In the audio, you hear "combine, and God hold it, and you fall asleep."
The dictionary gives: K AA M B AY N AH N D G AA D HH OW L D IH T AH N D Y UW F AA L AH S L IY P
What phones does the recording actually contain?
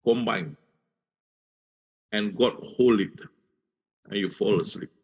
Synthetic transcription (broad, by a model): K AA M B AY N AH N G AA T HH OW L IH T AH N Y UW F AA L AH S L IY P